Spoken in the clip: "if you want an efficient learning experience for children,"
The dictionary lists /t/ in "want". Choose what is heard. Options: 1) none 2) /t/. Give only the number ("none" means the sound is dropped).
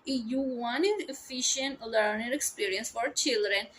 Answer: 1